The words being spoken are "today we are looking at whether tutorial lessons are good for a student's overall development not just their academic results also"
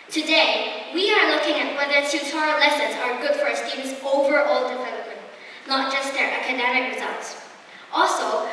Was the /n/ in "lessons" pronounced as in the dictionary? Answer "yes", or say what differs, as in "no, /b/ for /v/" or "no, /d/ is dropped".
yes